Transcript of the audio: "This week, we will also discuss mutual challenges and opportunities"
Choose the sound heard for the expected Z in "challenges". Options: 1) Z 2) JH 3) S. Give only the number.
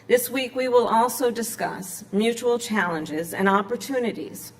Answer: 1